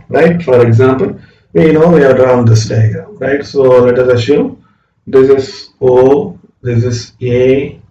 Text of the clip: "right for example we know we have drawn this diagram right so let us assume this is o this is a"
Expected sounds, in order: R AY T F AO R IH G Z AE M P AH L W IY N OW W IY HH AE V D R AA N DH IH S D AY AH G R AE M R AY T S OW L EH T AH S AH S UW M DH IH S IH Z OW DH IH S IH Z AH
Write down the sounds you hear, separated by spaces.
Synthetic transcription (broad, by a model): R AY T F AO R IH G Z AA M P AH L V IY N OW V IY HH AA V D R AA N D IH S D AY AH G AH R AY T S OW L EH T AH S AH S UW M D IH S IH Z OW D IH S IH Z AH